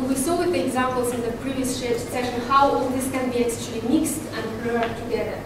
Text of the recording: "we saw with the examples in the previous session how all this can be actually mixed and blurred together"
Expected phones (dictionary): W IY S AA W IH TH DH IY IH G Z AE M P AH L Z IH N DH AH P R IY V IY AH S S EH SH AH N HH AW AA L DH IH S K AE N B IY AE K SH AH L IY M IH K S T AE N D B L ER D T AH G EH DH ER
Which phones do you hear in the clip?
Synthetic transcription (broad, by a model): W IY S AA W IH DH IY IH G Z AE M P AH L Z IH N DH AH P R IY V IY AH S S EH SH AH N HH AW AA L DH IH S K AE N B IY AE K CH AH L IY M IH K S T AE N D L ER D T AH G EH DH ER